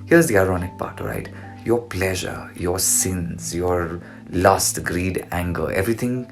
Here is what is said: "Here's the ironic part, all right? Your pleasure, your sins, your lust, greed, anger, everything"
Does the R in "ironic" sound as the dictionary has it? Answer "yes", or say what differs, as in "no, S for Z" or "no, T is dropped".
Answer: yes